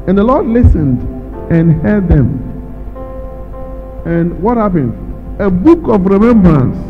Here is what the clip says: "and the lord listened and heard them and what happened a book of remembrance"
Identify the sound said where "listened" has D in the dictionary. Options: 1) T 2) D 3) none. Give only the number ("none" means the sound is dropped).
2